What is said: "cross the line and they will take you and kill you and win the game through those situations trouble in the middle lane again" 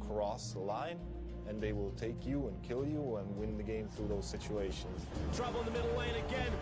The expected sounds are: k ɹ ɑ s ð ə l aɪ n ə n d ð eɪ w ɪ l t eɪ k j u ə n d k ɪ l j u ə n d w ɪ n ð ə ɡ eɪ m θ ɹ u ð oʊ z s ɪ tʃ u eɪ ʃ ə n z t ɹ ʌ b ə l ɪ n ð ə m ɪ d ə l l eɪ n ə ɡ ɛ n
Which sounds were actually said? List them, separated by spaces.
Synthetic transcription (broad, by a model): k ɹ ɑ s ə l aɪ n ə n ð eɪ w ɪ l t eɪ k j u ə n k ɪ l j u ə n w ɪ n ð ə ɡ eɪ m θ ɹ u ð oʊ z s ɪ tʃ u eɪ ʃ ə n z t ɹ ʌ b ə l ɪ n ð ə m ɪ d l l eɪ n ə ɡ ɛ n